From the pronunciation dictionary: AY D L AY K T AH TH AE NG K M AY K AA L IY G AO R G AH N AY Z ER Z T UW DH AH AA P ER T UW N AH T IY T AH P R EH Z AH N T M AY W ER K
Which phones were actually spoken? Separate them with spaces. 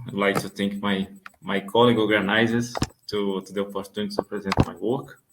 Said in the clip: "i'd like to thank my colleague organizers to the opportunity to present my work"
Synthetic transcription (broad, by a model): AY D L AY K T AH T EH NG K M AY K AA L IY G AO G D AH N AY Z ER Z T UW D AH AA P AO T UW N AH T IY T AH P R EH Z AH N T M AY W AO K